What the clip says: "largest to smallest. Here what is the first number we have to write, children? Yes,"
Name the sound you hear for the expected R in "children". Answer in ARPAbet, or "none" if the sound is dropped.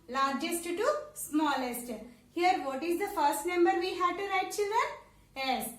none